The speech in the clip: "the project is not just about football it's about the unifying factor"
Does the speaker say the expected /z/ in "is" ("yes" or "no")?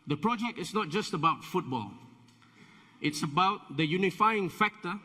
no